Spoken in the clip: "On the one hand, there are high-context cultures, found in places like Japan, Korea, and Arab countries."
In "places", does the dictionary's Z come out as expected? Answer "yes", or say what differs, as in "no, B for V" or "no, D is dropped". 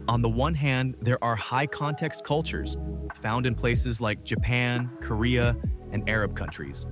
yes